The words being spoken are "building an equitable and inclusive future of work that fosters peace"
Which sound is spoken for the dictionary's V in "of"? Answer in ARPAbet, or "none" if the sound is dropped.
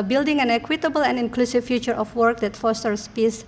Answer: F